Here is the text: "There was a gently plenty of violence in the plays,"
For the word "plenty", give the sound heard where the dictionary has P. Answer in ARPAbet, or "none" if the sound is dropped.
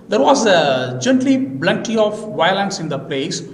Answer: B